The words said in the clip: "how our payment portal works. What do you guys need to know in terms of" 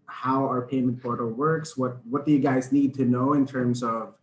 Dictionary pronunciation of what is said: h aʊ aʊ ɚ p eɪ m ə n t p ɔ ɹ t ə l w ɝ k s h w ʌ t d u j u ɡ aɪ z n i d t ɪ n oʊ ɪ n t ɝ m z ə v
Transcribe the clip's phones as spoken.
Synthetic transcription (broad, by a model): h aʊ aʊ ɚ p eɪ m ə n t p ɔ ɹ t ə l w ɝ k s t w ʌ t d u j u ɡ aɪ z n i d t ɪ n oʊ ɪ n t ɝ m s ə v